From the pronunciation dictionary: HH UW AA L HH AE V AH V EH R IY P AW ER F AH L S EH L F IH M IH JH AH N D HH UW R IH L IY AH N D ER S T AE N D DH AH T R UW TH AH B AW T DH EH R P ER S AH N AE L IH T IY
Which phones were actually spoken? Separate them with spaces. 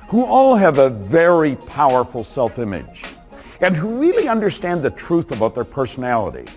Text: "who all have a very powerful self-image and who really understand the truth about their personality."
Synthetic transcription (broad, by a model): HH UW AA L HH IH V AH V EH R IY P AW ER F L S EH L F IH M IH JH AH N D HH UW R IH L IY AH N D ER S T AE N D DH AH T R UW TH AH B AW T DH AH R P ER S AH N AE L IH T IY